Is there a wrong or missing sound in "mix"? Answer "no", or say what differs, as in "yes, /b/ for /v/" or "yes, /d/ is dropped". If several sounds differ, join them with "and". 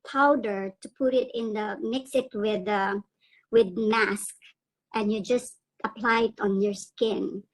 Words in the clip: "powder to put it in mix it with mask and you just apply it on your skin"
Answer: no